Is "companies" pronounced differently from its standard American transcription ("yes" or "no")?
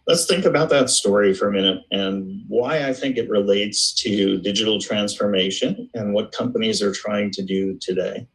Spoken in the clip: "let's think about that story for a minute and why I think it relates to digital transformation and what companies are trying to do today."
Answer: no